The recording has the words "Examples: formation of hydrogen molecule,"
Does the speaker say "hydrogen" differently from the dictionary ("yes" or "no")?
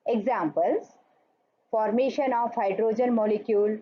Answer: no